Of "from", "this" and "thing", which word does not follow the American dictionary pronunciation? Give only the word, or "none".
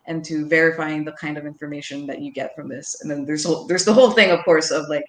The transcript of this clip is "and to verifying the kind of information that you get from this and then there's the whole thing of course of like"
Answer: none